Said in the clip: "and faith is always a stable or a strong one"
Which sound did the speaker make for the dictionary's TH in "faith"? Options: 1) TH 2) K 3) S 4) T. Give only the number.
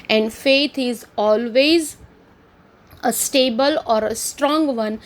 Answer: 4